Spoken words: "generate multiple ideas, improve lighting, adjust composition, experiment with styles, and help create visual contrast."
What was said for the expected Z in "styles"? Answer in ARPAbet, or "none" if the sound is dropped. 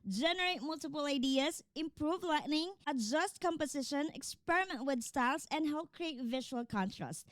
S